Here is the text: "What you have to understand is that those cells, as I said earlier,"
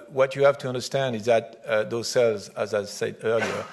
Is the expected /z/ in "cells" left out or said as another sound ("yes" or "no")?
no